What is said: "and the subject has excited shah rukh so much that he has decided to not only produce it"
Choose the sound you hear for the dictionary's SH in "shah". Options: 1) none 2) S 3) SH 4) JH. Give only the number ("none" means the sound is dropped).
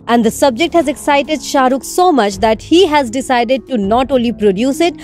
3